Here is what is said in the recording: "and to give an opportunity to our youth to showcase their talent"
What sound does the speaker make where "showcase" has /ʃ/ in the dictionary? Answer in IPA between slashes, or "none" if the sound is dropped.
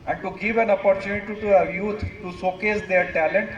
/s/